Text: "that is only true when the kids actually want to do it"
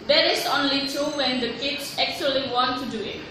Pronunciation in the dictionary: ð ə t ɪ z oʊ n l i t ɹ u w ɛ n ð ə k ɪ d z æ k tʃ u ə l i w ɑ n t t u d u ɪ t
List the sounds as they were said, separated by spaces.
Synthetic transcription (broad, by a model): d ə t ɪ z oʊ n l i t u w ɛ n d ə k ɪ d s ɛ k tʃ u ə l i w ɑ n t t u d u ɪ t